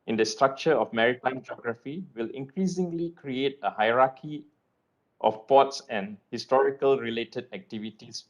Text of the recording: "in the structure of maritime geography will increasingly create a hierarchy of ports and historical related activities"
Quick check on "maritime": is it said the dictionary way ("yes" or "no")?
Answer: yes